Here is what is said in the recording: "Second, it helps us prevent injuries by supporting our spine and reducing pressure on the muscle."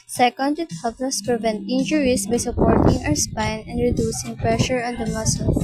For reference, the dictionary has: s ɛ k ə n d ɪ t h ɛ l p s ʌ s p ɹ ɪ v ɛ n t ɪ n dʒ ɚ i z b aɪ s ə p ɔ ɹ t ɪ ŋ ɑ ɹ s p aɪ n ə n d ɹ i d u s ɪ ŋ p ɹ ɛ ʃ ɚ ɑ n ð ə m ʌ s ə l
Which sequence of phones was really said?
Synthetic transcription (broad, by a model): s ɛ k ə n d ɪ t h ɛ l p ʌ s p ɹ ɪ v ɛ n t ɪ n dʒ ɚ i s b aɪ s ə p ɔ ɹ t ɪ ŋ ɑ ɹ s p aɪ n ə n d ɹ i d u s ɪ ŋ p ɹ ɛ ʃ ɚ ɑ n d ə m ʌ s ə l